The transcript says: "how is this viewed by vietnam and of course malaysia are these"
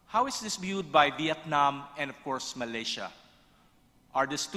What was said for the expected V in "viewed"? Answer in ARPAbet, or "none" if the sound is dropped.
B